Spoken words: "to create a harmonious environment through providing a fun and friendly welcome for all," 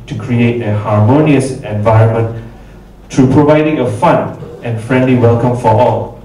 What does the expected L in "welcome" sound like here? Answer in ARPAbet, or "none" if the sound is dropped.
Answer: L